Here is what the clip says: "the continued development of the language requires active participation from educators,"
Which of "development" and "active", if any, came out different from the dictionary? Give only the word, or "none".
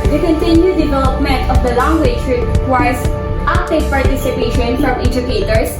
active